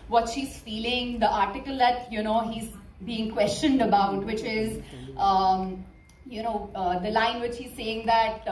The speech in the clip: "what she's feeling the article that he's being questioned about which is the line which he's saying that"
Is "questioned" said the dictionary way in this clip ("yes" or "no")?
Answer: yes